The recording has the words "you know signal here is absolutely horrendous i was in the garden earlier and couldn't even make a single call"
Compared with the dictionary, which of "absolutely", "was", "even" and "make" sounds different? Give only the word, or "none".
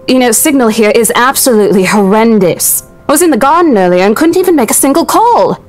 none